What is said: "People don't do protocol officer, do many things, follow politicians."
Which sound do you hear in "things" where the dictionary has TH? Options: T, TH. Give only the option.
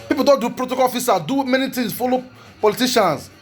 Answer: T